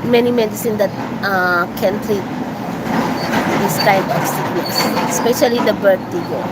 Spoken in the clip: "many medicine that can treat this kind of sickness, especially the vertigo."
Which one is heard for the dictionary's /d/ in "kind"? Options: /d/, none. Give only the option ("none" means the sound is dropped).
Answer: none